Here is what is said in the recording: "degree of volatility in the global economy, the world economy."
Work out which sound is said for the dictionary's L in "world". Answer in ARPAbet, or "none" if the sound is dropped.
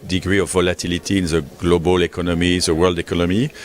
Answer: L